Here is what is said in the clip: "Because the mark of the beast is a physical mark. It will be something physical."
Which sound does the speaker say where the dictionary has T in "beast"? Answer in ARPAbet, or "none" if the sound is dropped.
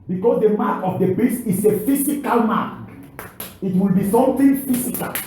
none